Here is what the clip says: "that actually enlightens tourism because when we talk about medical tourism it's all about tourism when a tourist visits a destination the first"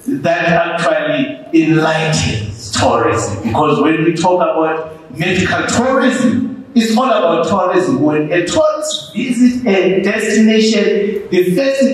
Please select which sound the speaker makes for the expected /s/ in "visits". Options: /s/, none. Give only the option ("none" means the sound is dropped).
none